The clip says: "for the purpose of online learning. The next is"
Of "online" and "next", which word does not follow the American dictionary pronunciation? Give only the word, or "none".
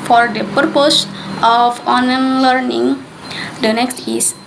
online